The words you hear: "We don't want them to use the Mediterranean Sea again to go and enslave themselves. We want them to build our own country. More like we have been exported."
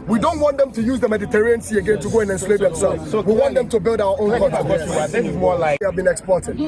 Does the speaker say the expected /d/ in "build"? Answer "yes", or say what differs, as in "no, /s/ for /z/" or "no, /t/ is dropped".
yes